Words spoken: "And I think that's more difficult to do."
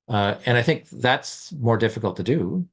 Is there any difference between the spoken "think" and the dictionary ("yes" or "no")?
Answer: no